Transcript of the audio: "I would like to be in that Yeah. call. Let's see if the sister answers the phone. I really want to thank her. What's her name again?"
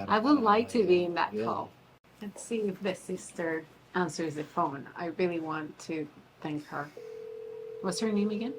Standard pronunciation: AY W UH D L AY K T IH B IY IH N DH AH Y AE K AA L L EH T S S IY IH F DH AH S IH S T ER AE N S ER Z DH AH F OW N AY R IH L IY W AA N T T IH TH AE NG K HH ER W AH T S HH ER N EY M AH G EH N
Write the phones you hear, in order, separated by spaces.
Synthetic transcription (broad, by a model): AY W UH D L AY K T IH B IY IH N DH AH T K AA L L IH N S S IY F DH AH S IH S T ER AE N S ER Z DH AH F OW N AY R IH L IY W AA N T T IH TH AE NG K HH ER W AH T S HH ER N EY M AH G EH N